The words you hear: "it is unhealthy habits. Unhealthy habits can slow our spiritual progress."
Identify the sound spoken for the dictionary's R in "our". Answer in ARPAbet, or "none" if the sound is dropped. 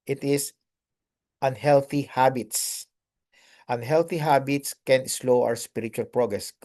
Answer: W